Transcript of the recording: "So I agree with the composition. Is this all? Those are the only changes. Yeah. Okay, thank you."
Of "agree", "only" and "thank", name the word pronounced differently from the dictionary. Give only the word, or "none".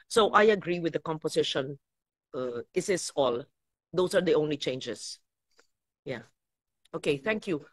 none